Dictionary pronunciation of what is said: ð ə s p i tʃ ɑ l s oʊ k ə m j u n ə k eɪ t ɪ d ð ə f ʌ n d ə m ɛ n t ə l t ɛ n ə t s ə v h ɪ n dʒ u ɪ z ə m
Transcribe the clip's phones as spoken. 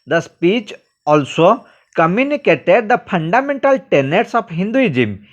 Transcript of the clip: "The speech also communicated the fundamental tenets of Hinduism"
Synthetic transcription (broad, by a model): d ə s p i tʃ ɑ l s oʊ k ə m j u n ə k eɪ t ɪ d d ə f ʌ n d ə m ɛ n t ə l t ɛ n ə t s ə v h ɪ n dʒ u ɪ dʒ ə m